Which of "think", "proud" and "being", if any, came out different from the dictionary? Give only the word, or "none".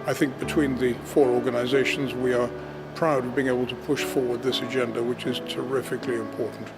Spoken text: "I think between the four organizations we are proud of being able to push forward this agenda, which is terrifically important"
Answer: none